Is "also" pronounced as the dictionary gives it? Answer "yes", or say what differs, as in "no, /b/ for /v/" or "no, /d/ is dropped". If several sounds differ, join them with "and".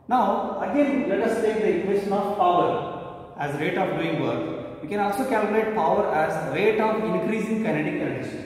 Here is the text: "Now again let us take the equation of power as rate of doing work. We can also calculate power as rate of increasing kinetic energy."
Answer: yes